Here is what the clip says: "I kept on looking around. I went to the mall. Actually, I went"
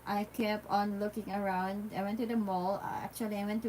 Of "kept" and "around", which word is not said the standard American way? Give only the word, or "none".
kept